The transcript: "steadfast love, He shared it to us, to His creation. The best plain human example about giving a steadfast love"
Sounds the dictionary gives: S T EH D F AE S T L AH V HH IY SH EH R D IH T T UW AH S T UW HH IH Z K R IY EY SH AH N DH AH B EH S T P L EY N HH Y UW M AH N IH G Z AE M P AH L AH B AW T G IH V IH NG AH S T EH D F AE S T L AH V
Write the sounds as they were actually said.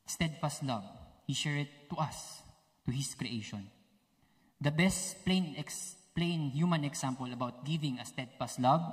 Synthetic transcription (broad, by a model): S T EH D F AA S T L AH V HH IY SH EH R IH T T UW AH S T UW HH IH S K R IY EY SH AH N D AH B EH S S P L EY N HH Y UW M AH N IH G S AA M P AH L AH B AW T G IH V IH NG AH S T EH D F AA S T L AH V